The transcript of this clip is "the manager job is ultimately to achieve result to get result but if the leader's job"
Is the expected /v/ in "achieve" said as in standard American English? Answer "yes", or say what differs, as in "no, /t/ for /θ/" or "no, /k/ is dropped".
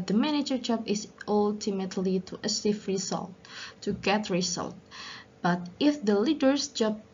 no, /f/ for /v/